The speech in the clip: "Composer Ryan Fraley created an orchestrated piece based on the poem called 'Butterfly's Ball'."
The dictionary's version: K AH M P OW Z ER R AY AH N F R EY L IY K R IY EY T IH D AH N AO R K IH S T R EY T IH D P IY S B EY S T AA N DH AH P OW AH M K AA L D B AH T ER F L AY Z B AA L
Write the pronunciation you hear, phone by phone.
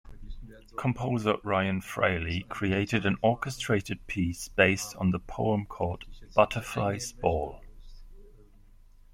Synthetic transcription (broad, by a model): K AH M P OW Z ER R AY AH N F R EY L IY K R IY EY T IH D AH N AO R K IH S T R EY T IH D P IY S B EY S T N DH AH P OW AH M K AA D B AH T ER F L AY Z B AA L